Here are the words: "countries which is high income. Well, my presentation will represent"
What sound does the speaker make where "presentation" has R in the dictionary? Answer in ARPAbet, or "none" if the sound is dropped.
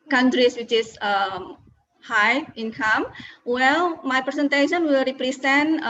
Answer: none